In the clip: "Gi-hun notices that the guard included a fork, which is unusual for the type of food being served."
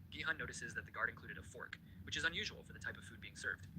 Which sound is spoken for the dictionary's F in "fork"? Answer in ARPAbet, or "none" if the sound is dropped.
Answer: F